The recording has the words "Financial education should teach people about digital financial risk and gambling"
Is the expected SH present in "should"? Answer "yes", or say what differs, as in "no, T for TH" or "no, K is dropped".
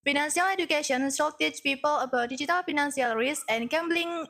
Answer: no, S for SH